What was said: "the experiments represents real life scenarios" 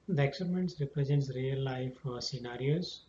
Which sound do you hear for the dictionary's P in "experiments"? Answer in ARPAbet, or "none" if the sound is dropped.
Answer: none